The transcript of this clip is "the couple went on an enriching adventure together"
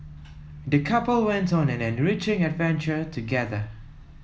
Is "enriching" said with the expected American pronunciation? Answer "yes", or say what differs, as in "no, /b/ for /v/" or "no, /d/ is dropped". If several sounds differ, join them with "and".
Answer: yes